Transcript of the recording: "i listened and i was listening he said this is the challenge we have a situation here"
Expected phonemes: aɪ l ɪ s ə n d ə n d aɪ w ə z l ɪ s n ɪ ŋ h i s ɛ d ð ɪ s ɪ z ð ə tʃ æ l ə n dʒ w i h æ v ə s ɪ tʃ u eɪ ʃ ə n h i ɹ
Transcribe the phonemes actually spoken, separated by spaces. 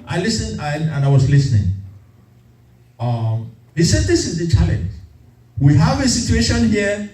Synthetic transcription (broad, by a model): aɪ l ɪ s ə n d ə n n aɪ w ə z l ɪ s n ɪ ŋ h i s ɛ d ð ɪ s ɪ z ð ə tʃ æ l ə n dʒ w i h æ v ə s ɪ tʃ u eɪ ʃ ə n h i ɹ